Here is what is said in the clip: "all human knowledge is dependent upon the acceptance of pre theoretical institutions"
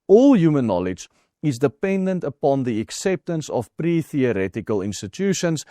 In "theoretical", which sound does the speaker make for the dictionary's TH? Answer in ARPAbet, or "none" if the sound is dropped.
TH